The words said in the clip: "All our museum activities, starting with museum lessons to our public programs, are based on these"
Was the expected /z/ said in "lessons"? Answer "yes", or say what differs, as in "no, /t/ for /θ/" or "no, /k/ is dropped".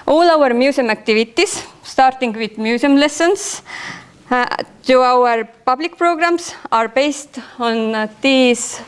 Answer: no, /s/ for /z/